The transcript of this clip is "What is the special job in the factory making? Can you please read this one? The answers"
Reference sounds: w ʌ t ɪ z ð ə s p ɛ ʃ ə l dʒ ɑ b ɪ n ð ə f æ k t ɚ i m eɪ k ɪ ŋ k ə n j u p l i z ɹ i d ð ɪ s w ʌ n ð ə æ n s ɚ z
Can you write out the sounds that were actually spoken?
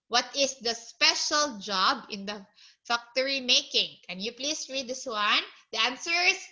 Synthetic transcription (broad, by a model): w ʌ t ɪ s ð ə s p ɛ ʃ ə l dʒ ɑ b ɪ n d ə f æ k t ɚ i m eɪ k ɪ ŋ k ə n j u p l i s ɹ i d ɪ s w ʌ n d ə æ n s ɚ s